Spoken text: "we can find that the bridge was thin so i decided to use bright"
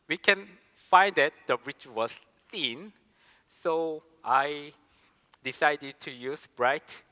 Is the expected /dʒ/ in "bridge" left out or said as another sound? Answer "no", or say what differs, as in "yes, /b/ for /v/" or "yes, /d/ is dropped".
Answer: yes, /tʃ/ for /dʒ/